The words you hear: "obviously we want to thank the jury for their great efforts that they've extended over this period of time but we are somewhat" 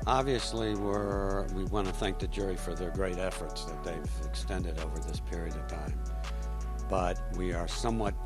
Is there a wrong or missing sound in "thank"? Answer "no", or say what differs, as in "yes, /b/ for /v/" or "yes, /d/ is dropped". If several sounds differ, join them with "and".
no